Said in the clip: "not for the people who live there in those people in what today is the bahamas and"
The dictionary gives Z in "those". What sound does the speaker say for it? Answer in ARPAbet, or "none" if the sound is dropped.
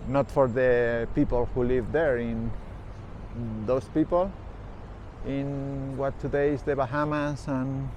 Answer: S